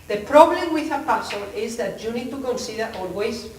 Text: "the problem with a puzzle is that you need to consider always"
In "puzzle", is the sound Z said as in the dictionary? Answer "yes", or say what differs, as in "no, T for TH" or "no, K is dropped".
no, S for Z